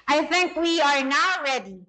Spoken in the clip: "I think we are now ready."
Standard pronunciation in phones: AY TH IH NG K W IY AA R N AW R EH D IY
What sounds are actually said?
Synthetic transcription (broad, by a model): AY TH IH NG K W IY AA R N AW R EH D IY